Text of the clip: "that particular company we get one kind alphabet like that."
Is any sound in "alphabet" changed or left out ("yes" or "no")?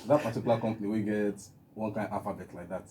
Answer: yes